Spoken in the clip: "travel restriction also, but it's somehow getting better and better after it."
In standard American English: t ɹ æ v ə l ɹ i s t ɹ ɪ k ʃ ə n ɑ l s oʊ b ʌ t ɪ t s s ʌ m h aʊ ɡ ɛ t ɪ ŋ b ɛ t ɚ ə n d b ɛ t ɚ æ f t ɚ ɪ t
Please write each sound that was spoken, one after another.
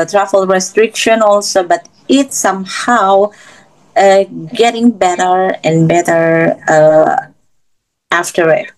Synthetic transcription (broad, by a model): t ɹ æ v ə l ɹ i s t ɹ ɪ k ʃ ə n ɑ l s oʊ b ʌ t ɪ t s s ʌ m h aʊ ɡ ɛ t ɪ ŋ b ɛ t ɚ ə n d b ɛ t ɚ æ f t ɚ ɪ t